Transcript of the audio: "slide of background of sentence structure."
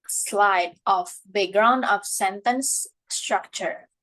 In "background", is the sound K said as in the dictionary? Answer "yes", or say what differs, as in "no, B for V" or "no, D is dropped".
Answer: no, K is dropped